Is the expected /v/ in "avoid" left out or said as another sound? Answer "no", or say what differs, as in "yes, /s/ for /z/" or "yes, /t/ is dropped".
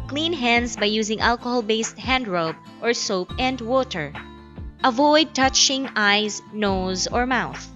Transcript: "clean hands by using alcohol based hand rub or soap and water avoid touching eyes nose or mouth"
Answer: no